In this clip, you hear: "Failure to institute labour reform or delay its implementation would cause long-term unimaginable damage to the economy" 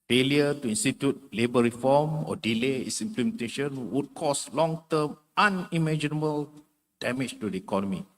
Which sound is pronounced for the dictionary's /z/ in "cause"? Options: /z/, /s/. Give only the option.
/s/